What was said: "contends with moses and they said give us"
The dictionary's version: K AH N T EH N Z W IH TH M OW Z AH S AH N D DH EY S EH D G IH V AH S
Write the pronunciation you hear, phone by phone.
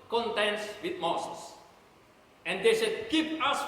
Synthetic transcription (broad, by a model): K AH N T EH N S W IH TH M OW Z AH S AH N D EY S EH D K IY P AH S